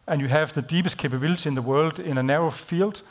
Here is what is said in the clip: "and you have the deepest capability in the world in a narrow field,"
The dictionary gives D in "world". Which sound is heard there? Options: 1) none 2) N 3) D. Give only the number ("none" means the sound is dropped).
3